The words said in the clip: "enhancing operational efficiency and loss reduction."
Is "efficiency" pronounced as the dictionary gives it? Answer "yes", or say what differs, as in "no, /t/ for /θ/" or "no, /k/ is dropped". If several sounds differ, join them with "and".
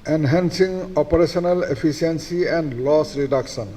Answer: no, /p/ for /f/ and /s/ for /ʃ/